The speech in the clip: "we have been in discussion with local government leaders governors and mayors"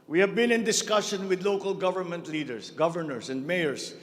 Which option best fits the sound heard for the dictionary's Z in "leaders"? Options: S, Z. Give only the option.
S